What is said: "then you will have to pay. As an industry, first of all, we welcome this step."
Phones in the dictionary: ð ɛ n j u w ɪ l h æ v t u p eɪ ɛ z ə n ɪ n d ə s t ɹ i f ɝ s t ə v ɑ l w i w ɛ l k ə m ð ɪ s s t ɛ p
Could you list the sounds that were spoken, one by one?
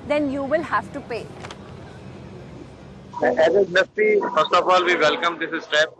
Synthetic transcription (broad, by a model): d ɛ n j u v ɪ l h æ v t u p eɪ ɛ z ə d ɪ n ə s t i f ɝ s t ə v ɑ l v i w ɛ l k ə m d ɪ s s t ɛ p